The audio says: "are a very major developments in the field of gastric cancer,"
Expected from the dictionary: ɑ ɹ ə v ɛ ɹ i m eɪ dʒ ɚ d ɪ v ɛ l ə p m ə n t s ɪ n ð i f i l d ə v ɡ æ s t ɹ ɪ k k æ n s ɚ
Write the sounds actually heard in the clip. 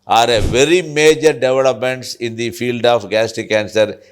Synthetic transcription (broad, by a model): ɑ ɹ ə v ɛ ɹ i m eɪ dʒ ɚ d ɪ v ɛ l ə p m ə n t s ɪ n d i f i l d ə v ɡ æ s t ɪ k k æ n s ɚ